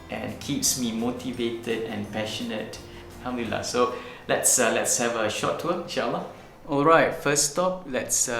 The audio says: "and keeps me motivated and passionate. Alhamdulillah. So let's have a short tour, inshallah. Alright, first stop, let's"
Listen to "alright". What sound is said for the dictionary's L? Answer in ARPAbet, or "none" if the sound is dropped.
L